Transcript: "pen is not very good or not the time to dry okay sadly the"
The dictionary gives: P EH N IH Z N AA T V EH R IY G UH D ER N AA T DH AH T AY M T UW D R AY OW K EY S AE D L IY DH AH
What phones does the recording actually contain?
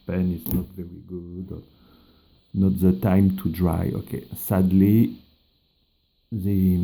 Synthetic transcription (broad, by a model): P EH N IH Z N AA T V EH R IY G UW D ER N AA T DH AH T AY M T UW D R AY OW K EY S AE D L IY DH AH